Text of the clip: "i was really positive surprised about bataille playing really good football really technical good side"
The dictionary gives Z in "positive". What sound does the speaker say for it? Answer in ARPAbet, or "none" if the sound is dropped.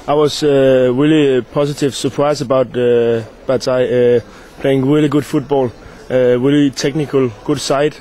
S